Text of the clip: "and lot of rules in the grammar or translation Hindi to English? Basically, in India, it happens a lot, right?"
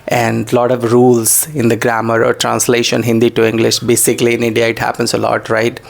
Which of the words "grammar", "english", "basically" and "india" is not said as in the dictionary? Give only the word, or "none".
none